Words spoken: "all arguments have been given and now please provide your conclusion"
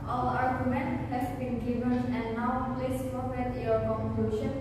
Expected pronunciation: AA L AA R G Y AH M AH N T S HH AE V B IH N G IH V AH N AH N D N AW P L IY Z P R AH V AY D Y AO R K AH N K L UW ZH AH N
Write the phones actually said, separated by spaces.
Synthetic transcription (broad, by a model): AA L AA R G Y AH M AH N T HH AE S B IH N G IH V AH N AH N D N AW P L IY S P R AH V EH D Y AO R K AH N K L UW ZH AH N